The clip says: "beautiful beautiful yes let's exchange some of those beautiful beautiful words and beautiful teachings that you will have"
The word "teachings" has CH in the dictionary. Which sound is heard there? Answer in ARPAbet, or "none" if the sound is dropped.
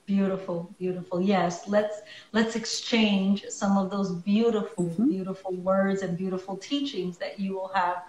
CH